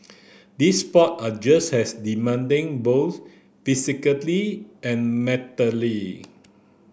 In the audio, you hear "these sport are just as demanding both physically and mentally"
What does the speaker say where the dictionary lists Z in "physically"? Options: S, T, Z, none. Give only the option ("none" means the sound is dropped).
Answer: S